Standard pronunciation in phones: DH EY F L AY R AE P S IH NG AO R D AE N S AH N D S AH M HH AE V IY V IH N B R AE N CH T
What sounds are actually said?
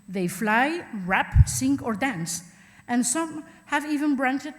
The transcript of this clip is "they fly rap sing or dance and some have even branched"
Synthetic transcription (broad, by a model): DH EY F L AY R AE P S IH NG AO R D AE N S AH N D S AH M HH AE V IY V IH N B R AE N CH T